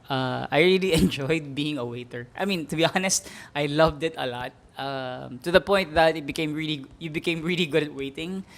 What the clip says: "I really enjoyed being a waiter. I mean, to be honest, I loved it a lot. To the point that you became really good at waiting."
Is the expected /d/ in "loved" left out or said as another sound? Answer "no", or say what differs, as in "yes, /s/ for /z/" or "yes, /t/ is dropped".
no